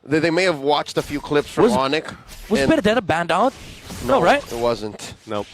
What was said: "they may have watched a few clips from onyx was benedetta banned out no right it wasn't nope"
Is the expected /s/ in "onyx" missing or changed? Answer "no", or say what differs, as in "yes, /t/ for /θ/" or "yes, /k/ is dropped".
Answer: yes, /s/ is dropped